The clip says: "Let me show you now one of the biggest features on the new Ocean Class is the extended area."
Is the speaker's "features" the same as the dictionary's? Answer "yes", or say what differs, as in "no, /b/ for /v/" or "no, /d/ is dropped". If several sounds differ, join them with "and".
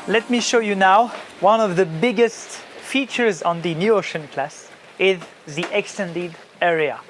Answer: yes